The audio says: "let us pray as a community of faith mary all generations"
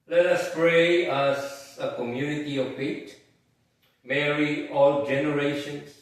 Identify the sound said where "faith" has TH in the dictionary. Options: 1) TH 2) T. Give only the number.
2